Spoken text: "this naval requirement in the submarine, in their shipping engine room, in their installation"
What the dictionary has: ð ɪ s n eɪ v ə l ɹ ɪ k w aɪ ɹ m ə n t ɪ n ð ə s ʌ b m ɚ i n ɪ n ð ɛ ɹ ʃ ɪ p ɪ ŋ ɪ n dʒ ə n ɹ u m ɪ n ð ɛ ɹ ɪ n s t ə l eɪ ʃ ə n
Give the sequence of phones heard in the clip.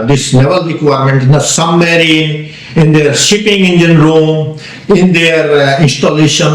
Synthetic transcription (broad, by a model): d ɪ s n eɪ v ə l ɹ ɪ k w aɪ ɹ m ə n t ɪ n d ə s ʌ m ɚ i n ɪ n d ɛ ɹ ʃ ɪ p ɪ ŋ ɪ n dʒ ə n ɹ u m ɪ n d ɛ ɹ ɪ n s t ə l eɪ ʃ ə n